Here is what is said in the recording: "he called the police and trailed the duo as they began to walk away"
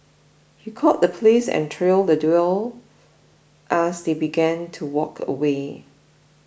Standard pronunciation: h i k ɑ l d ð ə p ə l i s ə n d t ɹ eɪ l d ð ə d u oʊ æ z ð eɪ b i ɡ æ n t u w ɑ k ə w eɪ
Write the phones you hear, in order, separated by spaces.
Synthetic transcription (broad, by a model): h i k ɑ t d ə p l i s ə n t ɹ eɪ l d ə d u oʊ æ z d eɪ b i ɡ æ n t u w ɑ k ə w eɪ